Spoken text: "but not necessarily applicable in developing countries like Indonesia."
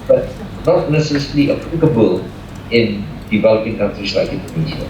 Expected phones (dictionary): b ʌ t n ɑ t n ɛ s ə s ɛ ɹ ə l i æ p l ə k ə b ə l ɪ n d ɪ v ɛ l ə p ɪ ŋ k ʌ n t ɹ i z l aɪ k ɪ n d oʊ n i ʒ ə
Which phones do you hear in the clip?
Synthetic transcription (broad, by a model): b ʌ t n ɑ t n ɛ s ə s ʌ l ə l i p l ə k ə b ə l ɪ n d ɪ v ɛ l ə p ɪ ŋ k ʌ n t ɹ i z l aɪ k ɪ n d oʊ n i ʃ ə